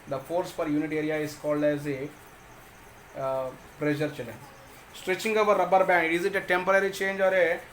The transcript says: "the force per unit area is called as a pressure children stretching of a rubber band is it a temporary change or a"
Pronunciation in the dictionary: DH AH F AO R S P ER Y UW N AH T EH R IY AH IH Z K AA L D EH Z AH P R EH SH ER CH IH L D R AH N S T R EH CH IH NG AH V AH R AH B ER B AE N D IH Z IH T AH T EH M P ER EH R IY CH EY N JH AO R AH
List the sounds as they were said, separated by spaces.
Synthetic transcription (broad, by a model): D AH F AO R S F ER Y UW N AH T EH R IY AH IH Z K AA L D EH Z AH P R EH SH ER CH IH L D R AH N S T R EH CH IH NG AH V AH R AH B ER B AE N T IH Z IH T AH T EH M P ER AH R IY CH EY N JH AO R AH